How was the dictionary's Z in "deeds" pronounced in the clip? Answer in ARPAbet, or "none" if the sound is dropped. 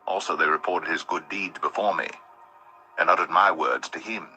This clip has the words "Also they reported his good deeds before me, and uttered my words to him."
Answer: Z